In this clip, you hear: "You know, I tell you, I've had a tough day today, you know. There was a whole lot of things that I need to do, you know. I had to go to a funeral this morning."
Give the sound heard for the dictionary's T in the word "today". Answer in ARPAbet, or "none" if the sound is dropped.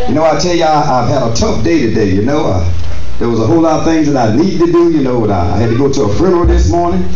T